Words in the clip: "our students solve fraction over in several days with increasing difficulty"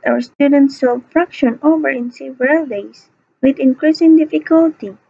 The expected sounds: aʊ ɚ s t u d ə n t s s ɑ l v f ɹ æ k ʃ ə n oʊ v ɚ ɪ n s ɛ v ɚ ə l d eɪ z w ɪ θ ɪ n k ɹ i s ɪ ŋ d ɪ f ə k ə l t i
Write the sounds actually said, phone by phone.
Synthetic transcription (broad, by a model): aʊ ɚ s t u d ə n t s s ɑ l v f ɹ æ k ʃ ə n oʊ v ɚ ɪ n s ɛ v ɚ ə l d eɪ s w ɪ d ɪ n k ɹ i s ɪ ŋ d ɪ f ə k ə l t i